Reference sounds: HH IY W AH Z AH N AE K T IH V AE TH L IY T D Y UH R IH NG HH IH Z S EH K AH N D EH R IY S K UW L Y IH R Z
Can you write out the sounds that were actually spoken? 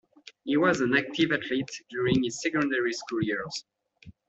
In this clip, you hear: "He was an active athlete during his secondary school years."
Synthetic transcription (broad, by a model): HH IY W AH Z AH N AE K T IH V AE T L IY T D Y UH R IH NG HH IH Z S EH K AH N D EH R IY S K UW L Y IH R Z